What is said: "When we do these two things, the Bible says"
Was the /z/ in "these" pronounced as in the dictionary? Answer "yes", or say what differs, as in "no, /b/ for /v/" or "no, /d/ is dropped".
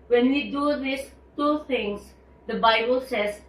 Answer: no, /s/ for /z/